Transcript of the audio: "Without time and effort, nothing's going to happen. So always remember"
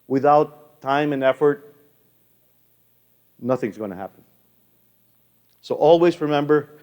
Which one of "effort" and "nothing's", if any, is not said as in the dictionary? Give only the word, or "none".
none